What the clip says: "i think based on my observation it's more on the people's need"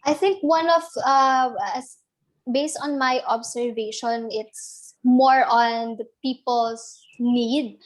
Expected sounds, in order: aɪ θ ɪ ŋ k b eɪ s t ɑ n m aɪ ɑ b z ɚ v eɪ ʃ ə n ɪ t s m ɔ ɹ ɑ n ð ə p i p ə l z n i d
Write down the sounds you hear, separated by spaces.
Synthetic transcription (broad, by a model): aɪ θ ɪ ŋ k b eɪ s t ɑ n m aɪ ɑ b s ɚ v eɪ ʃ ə n ɪ t s m ɔ ɹ ɑ n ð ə p i p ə l s n i d